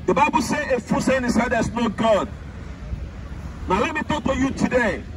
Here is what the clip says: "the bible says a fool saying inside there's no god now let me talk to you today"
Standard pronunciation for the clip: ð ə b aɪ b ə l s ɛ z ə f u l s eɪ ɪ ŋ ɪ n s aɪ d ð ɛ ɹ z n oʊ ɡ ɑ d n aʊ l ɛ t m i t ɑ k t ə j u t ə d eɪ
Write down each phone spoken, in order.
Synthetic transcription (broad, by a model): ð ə b aɪ b ə l s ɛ ə f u s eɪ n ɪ s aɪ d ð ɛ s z n oʊ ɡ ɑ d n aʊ l ɛ t m i t ɑ k t ə j u t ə d eɪ